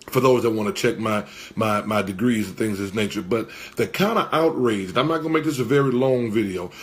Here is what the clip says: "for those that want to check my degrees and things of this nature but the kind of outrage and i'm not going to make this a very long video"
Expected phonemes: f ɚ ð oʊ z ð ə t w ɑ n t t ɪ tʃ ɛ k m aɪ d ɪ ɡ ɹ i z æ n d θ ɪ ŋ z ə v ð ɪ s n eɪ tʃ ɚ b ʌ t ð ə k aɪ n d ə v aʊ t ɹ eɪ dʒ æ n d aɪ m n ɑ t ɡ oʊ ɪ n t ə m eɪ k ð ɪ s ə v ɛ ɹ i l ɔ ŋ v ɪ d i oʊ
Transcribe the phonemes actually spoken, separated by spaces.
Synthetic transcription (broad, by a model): f ɚ ð oʊ z ð ə t w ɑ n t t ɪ tʃ ɛ k m aɪ d ɪ ɡ ɹ i z n θ ɪ ŋ z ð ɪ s n eɪ tʃ ɚ b ʌ t ð ə k aɪ n d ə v aʊ t ɹ eɪ dʒ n aɪ m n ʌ t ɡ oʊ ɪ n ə m eɪ k ð ɪ s ə v ɛ ɹ i l ɔ ŋ v ɪ d i oʊ